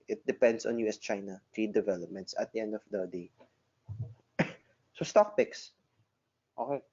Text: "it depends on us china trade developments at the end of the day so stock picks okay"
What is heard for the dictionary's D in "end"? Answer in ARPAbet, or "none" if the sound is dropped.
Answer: D